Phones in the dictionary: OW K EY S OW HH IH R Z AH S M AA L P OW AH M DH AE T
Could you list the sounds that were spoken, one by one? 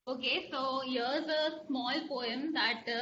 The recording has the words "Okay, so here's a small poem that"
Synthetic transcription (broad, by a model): OW K EY S OW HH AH R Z AH S M AA L P OW AH M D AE T